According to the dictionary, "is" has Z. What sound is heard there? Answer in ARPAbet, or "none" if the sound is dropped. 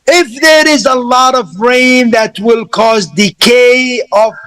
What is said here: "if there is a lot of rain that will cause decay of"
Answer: Z